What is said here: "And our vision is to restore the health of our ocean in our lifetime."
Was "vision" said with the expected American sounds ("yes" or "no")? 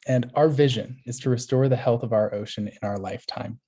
yes